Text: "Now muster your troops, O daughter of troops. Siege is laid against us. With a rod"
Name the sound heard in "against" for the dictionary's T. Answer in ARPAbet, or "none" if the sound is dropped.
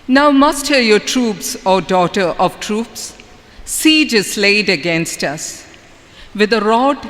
T